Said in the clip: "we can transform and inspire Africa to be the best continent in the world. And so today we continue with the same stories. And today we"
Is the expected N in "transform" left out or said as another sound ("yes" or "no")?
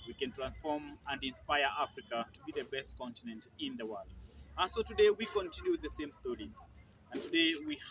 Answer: no